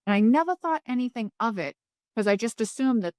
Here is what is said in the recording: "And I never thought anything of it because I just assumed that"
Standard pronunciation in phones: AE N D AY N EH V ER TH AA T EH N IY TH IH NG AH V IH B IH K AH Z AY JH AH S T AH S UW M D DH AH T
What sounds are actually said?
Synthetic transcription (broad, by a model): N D AY N EH V ER TH AA T EH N IY TH IH NG AH V IH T K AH Z AY JH AH S T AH S UW M DH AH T